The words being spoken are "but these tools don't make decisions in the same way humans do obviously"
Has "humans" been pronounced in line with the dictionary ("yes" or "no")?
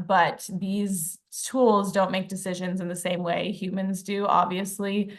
yes